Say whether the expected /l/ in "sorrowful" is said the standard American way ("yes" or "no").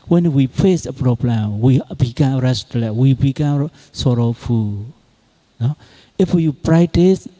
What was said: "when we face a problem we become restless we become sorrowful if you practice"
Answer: no